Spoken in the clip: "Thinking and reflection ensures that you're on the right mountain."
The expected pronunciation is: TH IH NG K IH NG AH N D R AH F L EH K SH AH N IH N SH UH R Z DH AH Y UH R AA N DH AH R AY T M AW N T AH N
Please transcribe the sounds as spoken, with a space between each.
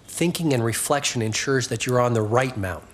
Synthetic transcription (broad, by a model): TH IH NG K IH NG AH N R AH F L EH K SH AH N IH N SH UH R Z DH AH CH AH R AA N DH AH R AY T M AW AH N